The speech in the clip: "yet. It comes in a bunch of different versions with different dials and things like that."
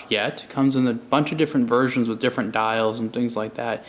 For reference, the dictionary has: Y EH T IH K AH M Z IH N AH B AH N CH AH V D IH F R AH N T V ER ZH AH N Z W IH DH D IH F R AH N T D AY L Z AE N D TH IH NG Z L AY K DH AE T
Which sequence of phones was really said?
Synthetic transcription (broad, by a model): Y EH T K AH M Z IH N AH B AH N CH AH V D IH F R AH N T V ER ZH AH N Z W IH DH D IH F R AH N D AY L Z N TH IH NG Z L AY K DH AE T